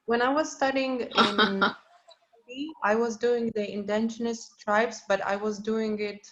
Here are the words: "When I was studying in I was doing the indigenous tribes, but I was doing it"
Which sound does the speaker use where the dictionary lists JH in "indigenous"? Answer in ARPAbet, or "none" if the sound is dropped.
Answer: SH